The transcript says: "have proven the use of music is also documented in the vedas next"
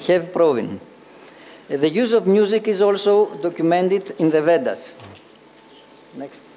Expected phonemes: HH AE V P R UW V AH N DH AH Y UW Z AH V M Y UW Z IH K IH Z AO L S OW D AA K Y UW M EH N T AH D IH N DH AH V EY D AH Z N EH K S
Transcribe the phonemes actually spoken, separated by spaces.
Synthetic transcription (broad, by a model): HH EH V P R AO V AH N DH AH Y UW Z AH V M Y UW Z IH K IH Z AO L S OW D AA K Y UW M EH N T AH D IH N DH AH V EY D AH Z N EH K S